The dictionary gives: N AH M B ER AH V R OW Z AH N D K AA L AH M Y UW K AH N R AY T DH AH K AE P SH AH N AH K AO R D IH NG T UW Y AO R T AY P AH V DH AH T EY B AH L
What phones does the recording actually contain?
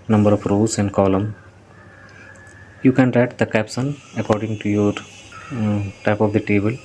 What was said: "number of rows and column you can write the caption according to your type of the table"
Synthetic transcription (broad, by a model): N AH M B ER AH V R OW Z AH N D K AA L AH M Y UW K AH N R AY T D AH K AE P S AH N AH K AO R D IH NG T UW Y AO R T AY P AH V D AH T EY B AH L